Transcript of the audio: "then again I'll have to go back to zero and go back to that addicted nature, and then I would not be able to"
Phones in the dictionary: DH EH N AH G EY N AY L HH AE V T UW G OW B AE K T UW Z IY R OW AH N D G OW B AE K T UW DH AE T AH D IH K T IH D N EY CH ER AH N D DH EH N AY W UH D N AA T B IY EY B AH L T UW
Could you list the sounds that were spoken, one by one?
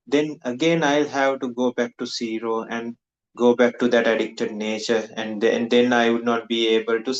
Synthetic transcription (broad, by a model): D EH N AH G EY N AY L HH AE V T UW G OW B AE K T UW S IY R OW AH N D G OW B AE K T UW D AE T AH D IH K T IH D N EY CH ER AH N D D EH N AY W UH D N AA T B IY EY B AH L T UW